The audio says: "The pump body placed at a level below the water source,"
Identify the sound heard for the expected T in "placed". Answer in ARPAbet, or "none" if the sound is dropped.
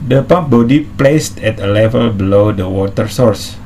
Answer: T